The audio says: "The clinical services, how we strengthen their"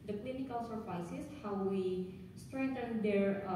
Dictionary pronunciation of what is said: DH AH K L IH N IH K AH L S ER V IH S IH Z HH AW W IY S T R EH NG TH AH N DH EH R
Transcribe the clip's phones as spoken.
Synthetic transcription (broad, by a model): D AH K L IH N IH K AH L S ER F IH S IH S HH AW W IY S T R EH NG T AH N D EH R